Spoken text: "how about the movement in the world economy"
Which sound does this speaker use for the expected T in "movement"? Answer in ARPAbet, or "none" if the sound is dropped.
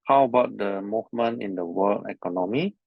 none